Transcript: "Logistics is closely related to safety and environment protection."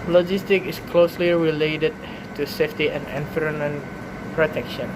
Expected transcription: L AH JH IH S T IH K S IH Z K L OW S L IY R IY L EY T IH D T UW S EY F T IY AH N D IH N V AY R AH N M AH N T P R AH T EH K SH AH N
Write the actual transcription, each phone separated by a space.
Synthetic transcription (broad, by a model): L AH JH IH S T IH K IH S K L OW S L IY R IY L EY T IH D T UW S EY F T IY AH N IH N F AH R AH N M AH N P R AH T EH K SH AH N